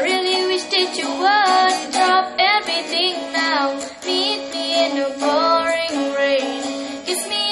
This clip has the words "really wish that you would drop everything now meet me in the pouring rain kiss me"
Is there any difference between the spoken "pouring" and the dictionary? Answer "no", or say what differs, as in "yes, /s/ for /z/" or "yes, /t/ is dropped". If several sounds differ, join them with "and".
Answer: yes, /b/ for /p/